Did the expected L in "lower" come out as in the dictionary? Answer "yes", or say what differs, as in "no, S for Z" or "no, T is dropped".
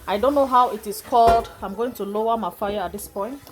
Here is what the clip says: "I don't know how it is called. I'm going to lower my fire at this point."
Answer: yes